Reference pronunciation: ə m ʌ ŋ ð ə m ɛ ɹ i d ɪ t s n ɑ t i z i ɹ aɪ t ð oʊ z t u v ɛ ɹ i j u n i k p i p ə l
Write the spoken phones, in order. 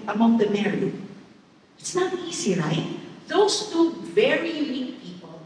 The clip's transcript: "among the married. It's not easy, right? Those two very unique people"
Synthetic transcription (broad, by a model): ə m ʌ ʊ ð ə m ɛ ɹ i ɪ t s n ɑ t i z i ɹ aɪ t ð oʊ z t u v ɛ ɹ i j u n i k p i p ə l